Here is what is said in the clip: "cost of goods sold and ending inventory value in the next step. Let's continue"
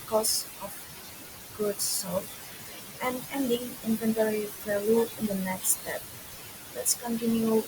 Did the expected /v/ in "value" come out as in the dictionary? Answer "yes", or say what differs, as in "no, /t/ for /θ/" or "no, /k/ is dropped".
no, /p/ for /v/